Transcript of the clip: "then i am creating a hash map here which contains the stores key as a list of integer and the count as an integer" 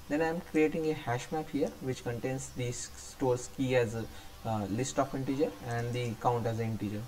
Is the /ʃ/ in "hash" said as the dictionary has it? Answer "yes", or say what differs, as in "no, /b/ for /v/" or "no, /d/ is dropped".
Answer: yes